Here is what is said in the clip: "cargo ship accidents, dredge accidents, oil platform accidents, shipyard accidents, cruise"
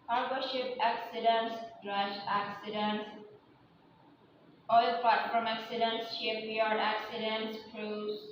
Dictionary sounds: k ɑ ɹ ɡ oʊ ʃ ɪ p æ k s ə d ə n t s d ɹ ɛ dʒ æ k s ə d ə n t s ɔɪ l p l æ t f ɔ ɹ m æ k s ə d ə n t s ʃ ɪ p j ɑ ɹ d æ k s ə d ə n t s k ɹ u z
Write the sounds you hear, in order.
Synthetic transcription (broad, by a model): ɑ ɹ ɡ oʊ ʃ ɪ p æ k s ə d ə n t s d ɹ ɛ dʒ æ k s ə d ə n t s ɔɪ l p ɑ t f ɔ m æ k s ə d ə n t s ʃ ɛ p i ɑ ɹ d æ k s ə d ə n t s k ɹ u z